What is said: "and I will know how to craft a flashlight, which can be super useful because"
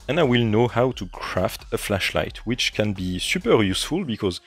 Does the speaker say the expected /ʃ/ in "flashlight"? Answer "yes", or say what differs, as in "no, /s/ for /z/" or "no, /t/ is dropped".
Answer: yes